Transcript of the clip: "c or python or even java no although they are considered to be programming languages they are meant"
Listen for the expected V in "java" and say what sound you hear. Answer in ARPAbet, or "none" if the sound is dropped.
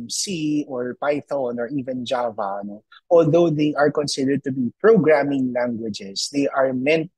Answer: V